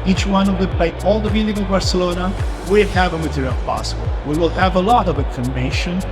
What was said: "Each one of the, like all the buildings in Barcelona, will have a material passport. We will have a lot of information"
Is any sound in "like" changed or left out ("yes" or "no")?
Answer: yes